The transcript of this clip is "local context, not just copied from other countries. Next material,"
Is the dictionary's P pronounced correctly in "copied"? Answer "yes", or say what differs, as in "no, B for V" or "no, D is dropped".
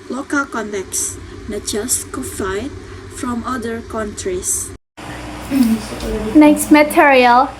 no, F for P